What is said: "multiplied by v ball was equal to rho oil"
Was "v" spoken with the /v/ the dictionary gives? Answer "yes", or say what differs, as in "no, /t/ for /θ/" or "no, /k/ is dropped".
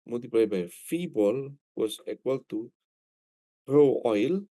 no, /f/ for /v/